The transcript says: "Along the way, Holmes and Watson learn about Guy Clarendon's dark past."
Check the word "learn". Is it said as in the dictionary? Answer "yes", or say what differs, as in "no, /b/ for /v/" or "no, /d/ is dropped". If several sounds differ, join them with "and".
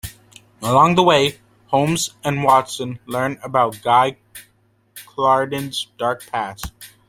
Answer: yes